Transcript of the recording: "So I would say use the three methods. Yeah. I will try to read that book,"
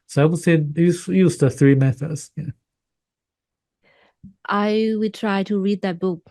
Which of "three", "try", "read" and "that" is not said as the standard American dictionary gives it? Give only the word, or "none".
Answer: none